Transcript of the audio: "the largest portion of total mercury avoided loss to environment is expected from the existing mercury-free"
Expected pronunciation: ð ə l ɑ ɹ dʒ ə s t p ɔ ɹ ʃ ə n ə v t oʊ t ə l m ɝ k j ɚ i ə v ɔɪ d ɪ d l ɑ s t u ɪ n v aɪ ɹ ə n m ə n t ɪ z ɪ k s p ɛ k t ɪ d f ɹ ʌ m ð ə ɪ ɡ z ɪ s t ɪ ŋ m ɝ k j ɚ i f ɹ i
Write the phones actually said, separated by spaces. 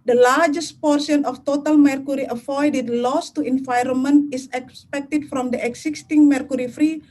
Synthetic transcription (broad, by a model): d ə l ɑ ɹ dʒ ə s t p ɔ ɹ s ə n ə f t oʊ t ə l m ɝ k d i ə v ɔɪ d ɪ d l ɑ s t u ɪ n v aɪ ɹ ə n m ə n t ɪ s ɪ k s p ɛ k t ɪ d f ɹ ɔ m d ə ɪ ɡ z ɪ s t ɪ ŋ m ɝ k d i f ɹ i